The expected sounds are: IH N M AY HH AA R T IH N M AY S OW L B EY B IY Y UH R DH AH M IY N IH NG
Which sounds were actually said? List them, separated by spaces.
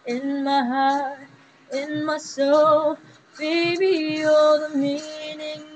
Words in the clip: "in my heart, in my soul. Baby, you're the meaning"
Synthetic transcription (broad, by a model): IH N M AY HH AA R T IH N M AY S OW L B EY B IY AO L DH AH M IY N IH NG